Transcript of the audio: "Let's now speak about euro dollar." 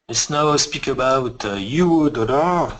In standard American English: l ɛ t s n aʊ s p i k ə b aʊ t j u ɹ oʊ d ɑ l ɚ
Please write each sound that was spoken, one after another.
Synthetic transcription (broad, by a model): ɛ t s n aʊ s p i k ə b aʊ t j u w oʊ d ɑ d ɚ